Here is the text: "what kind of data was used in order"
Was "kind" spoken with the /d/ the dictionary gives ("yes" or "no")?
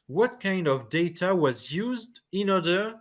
yes